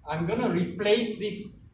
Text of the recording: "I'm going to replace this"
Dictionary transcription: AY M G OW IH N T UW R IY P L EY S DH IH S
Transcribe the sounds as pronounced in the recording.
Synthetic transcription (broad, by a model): AY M G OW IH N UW R IY P L EY S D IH S